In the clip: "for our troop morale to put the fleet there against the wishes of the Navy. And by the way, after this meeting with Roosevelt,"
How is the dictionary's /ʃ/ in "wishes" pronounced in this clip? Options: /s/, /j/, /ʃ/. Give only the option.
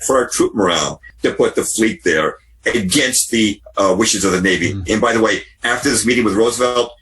/ʃ/